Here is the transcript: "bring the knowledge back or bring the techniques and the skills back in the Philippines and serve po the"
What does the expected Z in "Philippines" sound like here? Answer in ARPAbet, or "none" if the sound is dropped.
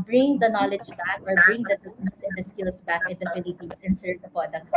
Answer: S